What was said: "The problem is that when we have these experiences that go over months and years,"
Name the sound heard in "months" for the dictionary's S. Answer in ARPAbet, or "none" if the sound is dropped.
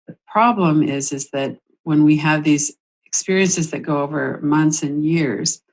S